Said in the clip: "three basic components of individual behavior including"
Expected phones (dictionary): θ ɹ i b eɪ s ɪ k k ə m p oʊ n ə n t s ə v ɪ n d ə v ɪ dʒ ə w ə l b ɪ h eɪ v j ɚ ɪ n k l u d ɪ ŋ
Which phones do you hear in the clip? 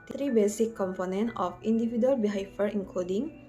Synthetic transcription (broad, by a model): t ɹ i b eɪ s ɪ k k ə m p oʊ n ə n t ə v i n d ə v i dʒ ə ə l b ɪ h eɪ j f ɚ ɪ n k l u d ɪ ŋ